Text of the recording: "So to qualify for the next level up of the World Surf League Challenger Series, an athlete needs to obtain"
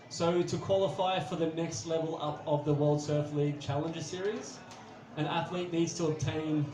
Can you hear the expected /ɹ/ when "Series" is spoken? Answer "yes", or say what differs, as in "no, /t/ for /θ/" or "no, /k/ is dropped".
yes